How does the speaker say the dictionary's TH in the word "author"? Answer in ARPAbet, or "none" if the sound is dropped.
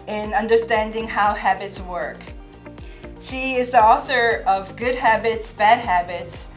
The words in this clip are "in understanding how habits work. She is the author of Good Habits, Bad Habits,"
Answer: TH